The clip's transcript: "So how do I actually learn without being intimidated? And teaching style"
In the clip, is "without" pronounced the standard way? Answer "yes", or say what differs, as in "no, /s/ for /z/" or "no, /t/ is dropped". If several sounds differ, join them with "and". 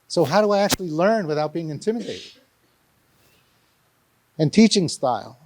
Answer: yes